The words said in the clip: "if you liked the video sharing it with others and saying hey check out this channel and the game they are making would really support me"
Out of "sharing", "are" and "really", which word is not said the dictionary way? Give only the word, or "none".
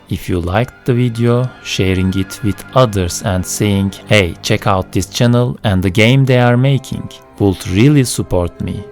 none